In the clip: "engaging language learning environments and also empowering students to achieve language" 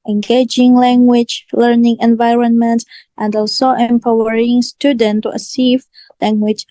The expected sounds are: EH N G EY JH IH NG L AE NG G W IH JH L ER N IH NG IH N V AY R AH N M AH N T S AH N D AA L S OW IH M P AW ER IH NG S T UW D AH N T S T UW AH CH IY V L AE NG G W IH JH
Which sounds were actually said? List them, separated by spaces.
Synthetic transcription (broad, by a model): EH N G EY JH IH NG L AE NG G W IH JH L ER N IH NG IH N V AY R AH N M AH N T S AH N D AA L S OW IH M P AW ER IH NG S T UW D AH N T T UW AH S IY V L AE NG G W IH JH